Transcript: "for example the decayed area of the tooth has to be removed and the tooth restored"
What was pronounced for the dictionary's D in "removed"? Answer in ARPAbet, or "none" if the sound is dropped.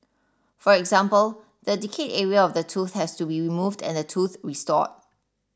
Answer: D